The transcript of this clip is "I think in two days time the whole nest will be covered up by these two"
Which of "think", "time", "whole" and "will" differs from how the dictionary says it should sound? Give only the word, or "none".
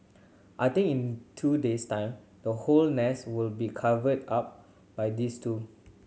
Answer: think